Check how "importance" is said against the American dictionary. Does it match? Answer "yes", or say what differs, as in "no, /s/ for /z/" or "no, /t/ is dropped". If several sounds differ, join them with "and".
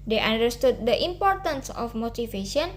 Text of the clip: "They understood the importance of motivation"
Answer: yes